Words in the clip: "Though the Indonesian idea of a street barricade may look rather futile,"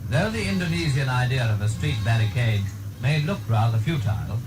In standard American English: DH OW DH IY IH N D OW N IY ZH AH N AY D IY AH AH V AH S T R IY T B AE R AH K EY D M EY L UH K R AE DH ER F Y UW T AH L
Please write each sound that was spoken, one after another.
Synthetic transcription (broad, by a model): DH OW DH IY IH N D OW N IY Z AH N AY D IY AH AH V AH S T R IY T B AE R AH K EY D M EY L UH K R AE DH ER F Y UW T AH L